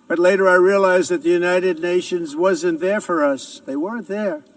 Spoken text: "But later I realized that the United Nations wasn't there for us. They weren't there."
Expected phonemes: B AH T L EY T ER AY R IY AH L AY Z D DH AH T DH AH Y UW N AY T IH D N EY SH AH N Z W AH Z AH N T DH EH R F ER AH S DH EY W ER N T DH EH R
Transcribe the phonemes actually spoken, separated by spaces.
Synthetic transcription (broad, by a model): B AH T L EY T ER AY R IY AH L AY Z DH AH T DH AH Y UW N AY T IH D N EY SH AH N Z W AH Z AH N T DH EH R F ER AH S DH EY W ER N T DH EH R